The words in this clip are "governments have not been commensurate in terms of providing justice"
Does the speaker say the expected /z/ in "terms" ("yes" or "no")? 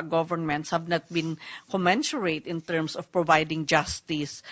no